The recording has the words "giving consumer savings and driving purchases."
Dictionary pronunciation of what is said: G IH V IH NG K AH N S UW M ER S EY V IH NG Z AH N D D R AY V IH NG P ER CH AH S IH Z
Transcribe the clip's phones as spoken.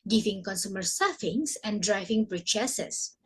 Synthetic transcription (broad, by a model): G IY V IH NG K AH N S UW M ER S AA F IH NG S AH N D D R AY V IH NG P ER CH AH S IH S